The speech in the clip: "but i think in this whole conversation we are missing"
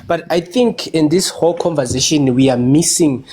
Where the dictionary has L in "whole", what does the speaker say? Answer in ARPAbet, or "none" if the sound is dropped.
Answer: L